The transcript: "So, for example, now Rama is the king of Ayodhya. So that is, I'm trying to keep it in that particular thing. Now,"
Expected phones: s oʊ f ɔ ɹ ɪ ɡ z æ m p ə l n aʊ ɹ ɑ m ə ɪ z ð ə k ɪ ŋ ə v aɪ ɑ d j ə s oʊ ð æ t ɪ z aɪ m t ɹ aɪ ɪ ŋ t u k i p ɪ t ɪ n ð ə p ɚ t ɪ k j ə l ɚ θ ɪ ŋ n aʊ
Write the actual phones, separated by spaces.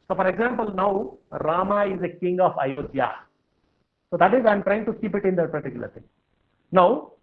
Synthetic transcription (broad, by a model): s oʊ f ɔ ɹ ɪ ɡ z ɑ m p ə l n aʊ ɹ ɑ m ə ɪ z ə k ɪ ŋ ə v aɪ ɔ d j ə s oʊ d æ t ɪ z aɪ m t ɹ aɪ ɪ ŋ t u k i p ɪ t ɪ n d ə p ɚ t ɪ k j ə l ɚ t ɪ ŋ n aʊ